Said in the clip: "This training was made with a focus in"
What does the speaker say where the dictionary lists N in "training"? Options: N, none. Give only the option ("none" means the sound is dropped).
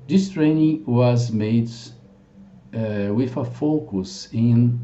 N